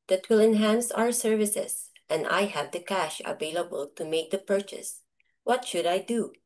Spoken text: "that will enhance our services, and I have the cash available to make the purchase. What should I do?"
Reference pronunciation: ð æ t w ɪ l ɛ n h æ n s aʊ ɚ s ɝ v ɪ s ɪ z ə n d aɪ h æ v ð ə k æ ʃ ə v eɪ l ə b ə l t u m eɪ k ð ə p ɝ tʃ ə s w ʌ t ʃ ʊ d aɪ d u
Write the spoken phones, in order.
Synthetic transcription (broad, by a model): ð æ t w ɪ l ɛ n h æ n s aʊ ɚ s ɝ v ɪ s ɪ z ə n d aɪ h æ v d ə k æ ʃ ə v eɪ l ə b ə l t u m eɪ k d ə p ɝ tʃ ə s w ʌ t ʃ ʊ d aɪ d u